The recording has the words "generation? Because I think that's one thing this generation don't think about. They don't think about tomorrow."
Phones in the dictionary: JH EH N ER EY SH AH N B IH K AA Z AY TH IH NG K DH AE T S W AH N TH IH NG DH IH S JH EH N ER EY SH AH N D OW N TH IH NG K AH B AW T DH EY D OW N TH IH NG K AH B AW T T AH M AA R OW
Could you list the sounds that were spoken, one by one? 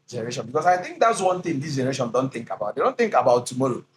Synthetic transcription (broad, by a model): JH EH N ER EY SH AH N B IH K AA S AY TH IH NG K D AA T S W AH N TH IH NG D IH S JH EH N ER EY SH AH N D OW N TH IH NG K AH B AW T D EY D OW N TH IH NG K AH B AW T T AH M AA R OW